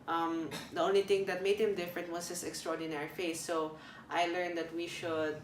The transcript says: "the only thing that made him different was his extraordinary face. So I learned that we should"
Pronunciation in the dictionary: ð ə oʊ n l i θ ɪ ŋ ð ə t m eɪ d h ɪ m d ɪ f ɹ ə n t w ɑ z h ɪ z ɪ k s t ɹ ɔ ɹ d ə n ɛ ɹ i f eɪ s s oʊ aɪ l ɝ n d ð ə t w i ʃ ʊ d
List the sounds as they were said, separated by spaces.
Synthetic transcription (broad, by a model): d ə oʊ n l i t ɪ ŋ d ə t m eɪ d h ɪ m d ɪ f ɹ ə n t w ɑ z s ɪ s ɪ k s t ɹ ɔ ɹ d ə n ɛ ɹ i f eɪ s s oʊ aɪ l ɝ n d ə t w i ʃ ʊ d